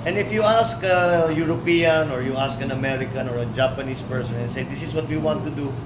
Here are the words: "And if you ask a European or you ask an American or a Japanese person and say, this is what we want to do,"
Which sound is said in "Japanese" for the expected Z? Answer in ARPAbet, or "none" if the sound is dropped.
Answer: S